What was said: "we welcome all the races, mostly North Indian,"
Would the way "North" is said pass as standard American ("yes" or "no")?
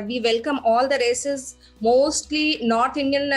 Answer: no